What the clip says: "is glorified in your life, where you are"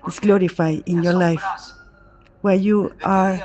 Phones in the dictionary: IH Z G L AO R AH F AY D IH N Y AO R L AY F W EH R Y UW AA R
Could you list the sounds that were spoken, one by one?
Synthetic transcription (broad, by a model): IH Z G L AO R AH F AY IH N Y AO R L AY F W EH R Y UW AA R